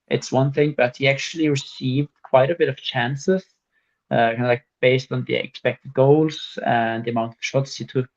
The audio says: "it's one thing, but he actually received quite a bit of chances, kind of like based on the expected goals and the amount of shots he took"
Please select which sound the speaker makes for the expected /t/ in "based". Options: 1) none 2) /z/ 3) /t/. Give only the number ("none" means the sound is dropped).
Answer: 3